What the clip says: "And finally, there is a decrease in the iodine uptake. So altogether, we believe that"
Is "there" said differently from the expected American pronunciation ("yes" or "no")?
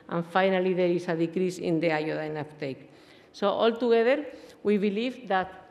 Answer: no